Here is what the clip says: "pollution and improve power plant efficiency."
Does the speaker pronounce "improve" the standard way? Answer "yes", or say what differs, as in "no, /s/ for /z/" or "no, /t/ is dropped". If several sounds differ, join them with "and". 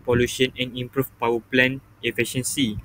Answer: no, /f/ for /v/